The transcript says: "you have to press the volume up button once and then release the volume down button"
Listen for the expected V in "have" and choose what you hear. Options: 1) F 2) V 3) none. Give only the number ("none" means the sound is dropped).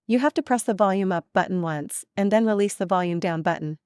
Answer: 1